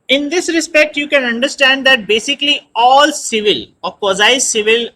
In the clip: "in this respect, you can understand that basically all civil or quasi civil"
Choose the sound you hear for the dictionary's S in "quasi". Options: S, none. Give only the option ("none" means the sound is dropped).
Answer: none